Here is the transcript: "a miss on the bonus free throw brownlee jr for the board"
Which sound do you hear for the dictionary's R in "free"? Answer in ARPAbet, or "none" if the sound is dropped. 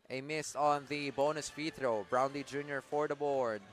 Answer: none